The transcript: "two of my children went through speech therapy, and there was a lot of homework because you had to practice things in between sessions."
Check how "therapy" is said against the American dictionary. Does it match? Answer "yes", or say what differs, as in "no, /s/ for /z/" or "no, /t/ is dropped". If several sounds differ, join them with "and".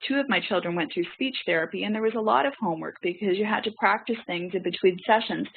yes